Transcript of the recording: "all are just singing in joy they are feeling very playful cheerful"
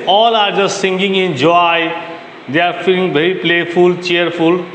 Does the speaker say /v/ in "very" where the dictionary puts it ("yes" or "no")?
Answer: no